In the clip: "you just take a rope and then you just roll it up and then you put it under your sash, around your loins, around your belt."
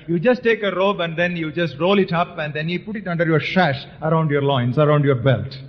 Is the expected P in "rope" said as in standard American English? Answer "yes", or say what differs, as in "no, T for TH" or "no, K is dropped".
no, B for P